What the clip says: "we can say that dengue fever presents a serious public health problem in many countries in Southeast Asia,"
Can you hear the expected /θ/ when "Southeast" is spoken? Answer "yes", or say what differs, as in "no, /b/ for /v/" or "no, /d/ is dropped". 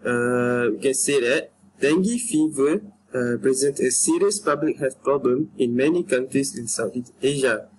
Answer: no, /t/ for /θ/